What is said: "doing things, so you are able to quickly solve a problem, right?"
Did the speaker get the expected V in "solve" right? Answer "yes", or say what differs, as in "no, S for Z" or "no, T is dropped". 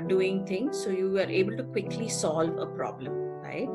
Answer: yes